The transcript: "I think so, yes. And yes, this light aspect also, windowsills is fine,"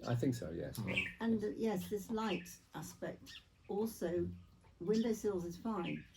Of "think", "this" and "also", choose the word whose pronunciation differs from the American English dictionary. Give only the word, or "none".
none